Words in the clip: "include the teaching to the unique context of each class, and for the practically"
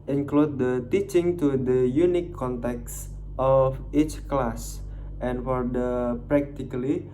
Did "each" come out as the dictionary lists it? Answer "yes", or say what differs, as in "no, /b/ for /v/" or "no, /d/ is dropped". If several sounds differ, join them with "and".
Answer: yes